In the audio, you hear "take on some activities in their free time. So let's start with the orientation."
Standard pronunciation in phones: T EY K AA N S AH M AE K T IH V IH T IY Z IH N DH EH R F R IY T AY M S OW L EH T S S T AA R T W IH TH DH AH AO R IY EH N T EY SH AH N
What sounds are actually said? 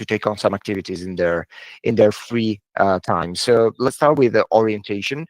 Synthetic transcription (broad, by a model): T EY K AA N S AH M AE K T IH V IH T IY Z IH N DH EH R F R IY T AY M S OW L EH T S S T AA R T W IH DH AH AO R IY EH N T EY SH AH N